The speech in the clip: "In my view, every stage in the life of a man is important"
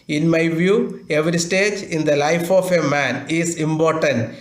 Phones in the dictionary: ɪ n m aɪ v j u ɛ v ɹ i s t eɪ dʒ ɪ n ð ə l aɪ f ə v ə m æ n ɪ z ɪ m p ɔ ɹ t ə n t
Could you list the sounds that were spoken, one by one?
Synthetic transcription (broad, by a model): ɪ n m aɪ v j u ɛ v ɹ i s t eɪ dʒ ɪ n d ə l aɪ f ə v ə m æ n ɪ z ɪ m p ɔ ɹ t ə n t